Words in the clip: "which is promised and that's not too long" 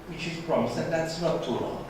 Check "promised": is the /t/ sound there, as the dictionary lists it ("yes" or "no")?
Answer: no